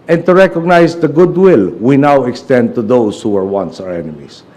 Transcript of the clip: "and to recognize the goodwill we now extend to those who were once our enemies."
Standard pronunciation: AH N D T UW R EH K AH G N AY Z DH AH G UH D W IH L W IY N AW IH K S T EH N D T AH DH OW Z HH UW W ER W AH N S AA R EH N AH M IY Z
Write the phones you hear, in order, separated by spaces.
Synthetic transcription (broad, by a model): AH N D T UW R EH K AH G N AY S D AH G UH D W IH L W IY N AW IH K S T EH N D T AH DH OW S HH UW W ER W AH N S AA R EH N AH M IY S